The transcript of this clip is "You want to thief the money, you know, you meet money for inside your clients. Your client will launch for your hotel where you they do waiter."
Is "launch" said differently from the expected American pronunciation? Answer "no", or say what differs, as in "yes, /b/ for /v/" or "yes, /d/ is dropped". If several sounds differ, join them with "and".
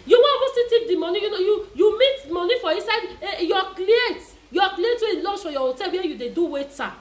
yes, /s/ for /tʃ/